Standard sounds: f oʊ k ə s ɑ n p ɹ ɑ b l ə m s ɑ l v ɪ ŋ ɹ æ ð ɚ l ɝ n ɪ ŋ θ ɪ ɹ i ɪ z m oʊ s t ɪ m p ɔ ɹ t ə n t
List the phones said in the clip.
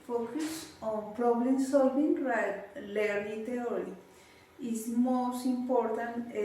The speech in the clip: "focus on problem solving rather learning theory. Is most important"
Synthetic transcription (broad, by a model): f oʊ k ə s ɑ n p ɹ ɑ b l ə m s ɑ l v ɪ ŋ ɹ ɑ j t l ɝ l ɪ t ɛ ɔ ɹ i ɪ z m oʊ s t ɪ m p ɔ ɹ t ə n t